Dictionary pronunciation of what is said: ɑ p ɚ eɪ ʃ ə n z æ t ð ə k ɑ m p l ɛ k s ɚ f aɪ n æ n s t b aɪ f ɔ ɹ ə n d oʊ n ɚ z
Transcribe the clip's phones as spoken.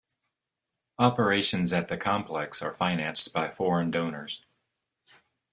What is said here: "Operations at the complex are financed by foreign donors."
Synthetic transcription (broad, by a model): ɑ p ɚ eɪ ʃ ə n z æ t ð ə k ɑ m p l ɛ k s ɚ f aɪ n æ n s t b aɪ f ɔ ɹ ə n d oʊ n ɚ z